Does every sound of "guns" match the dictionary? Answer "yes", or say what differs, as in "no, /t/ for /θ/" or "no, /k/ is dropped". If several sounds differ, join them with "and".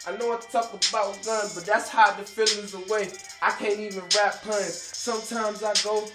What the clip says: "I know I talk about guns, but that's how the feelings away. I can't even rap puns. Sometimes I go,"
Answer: no, /z/ is dropped